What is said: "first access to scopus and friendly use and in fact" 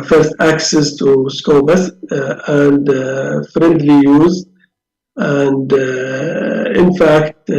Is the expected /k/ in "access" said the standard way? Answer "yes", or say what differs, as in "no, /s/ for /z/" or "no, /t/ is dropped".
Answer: yes